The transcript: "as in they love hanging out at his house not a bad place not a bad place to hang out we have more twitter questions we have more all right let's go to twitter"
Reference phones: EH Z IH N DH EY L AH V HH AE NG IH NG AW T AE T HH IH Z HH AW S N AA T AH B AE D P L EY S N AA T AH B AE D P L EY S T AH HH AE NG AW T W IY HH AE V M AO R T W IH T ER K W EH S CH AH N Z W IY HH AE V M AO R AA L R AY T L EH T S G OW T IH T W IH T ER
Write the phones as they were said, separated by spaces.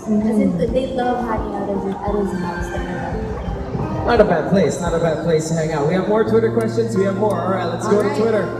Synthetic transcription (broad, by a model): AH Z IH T DH EY L AH V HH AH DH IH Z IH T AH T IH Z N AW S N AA T AH B AE D P L EY S N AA T AH B AE D P L EY S T AH HH AE NG AW T W IY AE V M AO R T W IH T ER K W EH S CH AH N Z W IY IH V M AO R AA R AY T L EH T S G OW T IH T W IH T ER